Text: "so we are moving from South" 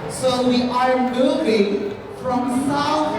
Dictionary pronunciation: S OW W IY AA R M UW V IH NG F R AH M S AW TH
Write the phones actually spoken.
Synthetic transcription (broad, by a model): S OW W IY AA R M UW B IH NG F R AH M S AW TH